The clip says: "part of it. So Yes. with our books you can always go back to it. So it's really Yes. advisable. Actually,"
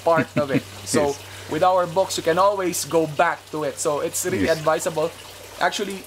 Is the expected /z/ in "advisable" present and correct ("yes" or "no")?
no